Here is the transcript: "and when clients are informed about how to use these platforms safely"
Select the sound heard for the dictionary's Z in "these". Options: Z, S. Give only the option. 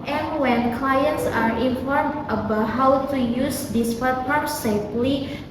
S